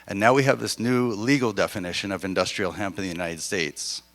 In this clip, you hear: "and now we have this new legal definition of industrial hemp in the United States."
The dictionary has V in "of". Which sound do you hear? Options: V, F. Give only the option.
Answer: V